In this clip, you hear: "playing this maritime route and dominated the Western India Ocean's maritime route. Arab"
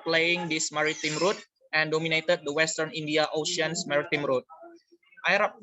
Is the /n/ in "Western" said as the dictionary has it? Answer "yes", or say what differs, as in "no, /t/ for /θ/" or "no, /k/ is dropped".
yes